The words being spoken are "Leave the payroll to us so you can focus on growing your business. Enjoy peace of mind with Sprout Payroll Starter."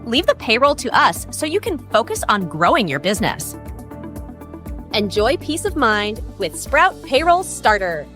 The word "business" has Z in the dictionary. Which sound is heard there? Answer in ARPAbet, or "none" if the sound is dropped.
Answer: Z